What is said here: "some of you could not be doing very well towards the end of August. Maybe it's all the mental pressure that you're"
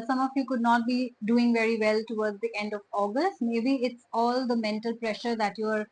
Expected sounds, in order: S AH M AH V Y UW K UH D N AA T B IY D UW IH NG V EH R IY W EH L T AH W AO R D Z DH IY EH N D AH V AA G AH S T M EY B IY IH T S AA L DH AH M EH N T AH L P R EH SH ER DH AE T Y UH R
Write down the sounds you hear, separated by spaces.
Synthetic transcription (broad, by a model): S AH M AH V Y UW K UH D N AA T B IY D UW IH NG V EH R IY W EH L T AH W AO R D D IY EH N D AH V AA G AH S T M EY B IY IH T S AA L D AH M EH N T AH L P R EH SH ER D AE T Y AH R